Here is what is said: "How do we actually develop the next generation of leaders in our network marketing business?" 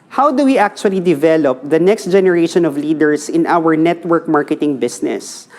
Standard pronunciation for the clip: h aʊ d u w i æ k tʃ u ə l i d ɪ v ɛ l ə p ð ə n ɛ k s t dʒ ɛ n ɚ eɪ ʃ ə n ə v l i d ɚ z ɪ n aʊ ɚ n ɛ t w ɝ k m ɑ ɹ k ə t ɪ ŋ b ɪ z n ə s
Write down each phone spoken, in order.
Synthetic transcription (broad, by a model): h aʊ d u w i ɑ k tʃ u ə l i d ɪ v ɛ l ə p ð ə n ɛ k s t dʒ ɛ n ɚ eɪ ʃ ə n ə v l i d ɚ s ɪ n aʊ ɚ n ɛ t w ɝ k m ɑ ɹ k ə t ɪ ŋ b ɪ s n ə s